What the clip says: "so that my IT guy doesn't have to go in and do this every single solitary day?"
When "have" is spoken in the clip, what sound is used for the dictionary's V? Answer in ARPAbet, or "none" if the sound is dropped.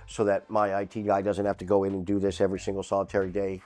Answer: F